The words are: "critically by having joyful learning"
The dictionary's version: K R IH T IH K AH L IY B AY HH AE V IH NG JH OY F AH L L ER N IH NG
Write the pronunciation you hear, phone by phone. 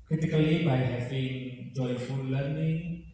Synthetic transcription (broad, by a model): K R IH T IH K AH L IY B AY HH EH P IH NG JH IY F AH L L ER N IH